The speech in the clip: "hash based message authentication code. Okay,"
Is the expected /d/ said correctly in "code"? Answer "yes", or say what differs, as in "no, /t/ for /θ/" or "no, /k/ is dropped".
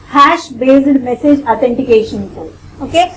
no, /d/ is dropped